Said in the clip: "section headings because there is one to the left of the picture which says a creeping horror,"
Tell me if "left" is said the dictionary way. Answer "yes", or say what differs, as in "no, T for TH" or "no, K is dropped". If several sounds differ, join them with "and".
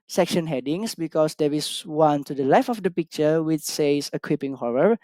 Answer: no, T is dropped